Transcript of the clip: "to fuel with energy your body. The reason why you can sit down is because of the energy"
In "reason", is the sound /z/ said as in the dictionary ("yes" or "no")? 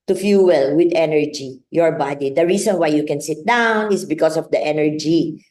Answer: no